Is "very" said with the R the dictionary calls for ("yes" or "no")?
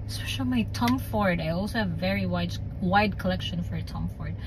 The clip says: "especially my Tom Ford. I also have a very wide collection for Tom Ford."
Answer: no